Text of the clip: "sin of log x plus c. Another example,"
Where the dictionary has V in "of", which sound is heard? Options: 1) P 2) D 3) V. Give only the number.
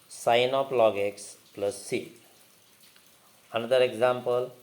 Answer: 1